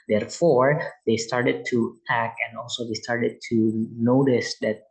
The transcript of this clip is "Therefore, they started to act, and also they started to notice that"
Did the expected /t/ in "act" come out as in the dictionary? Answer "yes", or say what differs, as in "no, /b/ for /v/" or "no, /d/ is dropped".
no, /t/ is dropped